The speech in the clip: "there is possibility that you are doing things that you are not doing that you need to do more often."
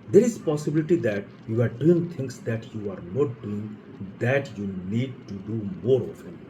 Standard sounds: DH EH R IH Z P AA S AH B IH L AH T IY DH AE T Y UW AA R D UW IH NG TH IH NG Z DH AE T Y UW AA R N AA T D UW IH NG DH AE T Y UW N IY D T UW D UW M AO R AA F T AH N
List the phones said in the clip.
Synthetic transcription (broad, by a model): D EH R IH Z P AA S AH B IH L AH T IY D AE T Y UW AA R D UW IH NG T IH NG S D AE T Y UW AA R N AA T D UW IH NG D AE T Y UW N IY D T UW D UW M AO R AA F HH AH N